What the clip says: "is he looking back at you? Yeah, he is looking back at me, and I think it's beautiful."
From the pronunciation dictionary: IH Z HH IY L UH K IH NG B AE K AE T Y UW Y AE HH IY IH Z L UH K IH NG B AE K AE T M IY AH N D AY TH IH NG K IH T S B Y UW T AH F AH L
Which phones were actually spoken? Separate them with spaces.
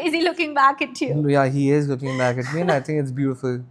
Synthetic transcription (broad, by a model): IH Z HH IY L UH K IH NG B AE K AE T Y UW Y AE HH IY IH Z L UH K IH NG B AE K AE T M IY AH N AY T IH NG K IH T S B Y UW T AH F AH L